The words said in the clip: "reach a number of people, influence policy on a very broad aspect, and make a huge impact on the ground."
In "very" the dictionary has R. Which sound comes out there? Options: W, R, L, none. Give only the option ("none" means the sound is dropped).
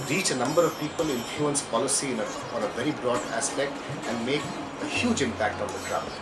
R